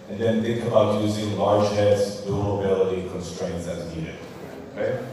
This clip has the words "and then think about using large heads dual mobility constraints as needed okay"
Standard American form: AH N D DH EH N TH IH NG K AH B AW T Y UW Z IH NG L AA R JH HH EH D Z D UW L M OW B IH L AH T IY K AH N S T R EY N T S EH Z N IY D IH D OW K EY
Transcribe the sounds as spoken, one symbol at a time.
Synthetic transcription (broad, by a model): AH N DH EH N TH IH NG K AH B AW T Y UW Z IH NG L AA R JH HH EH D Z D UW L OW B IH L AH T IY K AH N S T R EY N T S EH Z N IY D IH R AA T